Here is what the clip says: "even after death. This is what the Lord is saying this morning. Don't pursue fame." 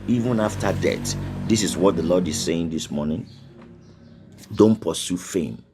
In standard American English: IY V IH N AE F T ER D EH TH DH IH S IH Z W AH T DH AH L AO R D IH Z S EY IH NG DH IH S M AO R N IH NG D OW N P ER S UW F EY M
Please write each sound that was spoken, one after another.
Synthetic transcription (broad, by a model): IY V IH N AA F T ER D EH T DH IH S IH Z W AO T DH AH L AO D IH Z S EY IH NG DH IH S M AO N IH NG D OW N P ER S UW F EY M